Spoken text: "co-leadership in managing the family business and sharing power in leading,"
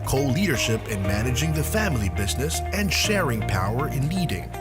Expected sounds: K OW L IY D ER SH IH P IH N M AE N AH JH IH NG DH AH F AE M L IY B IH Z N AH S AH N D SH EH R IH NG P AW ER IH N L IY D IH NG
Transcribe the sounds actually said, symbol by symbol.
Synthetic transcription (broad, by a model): K OW L IY D ER SH IH P IH N M AE N AH JH IH NG DH AH F AE M L IY B IH Z N AH S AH N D SH EH R IH NG P AW ER IH N L IY D IH NG